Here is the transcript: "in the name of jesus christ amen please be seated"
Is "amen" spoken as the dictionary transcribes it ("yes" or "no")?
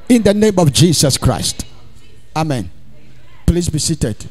yes